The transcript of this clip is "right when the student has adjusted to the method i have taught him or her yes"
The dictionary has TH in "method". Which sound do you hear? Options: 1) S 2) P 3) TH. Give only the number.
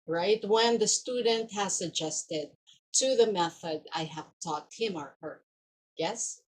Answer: 3